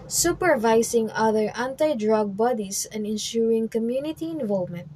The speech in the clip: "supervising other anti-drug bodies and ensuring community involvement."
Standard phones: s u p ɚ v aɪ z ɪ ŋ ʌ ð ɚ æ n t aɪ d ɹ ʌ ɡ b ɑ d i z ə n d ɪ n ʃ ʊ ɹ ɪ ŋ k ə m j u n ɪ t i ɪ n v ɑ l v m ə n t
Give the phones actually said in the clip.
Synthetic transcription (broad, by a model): s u p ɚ v aɪ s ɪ ŋ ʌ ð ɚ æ n t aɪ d ɹ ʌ ɡ b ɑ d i s ə n d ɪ n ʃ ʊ ɹ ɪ ŋ k ə m j u n ɪ t i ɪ n v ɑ l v m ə n t